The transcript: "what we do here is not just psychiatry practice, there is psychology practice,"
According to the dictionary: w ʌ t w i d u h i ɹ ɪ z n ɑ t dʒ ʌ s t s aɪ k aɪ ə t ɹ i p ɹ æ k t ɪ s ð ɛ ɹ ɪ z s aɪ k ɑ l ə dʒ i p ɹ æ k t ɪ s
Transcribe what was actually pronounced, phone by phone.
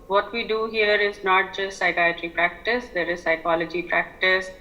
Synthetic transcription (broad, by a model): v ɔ t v i d u h i ɹ ɪ z n ɑ t dʒ ʌ s t s aɪ k aɪ ə t ɹ i p ɹ æ k t ɪ s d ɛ ɹ ɪ z s aɪ k ɑ l ə dʒ i p ɹ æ k t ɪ s